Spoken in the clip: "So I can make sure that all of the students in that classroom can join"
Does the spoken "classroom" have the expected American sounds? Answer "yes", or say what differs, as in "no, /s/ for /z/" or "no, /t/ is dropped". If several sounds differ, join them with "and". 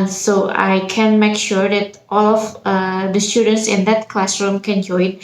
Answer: yes